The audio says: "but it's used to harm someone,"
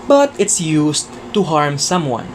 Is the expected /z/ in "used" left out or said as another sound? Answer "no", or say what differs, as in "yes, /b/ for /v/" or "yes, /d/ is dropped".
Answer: yes, /s/ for /z/